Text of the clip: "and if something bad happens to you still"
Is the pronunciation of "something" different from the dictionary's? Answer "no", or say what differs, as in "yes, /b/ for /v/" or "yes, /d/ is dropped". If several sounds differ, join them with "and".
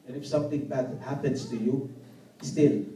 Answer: yes, /t/ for /θ/